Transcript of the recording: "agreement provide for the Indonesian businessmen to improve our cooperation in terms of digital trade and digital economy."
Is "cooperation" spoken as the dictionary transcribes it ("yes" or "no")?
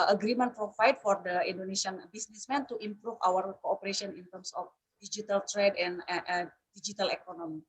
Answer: no